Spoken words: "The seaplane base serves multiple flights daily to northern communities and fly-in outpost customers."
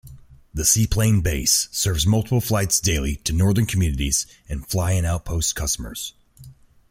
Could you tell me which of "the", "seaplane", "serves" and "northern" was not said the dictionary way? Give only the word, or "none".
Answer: none